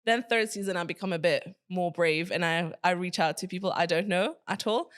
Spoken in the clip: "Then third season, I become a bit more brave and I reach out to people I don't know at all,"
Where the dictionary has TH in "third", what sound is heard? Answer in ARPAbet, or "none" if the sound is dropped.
TH